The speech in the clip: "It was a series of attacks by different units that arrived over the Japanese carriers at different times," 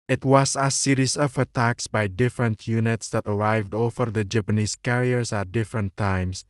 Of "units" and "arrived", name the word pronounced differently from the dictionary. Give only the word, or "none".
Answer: none